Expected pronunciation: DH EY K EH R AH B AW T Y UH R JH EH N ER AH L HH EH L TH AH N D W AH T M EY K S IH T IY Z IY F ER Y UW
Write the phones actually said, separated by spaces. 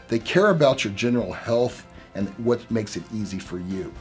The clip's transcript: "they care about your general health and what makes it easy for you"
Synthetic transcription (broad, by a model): DH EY K EH R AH B AW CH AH R JH EH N ER L HH EH L TH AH N W AH T M EY K S IH T IY Z IY F ER Y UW